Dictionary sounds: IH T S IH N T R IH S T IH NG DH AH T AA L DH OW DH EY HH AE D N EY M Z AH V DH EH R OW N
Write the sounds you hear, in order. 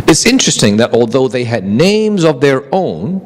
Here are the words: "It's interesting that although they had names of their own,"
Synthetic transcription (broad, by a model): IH T S IH N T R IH S T IH NG DH AH T AA L DH OW DH EY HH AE D N EY M Z AH V DH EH R OW N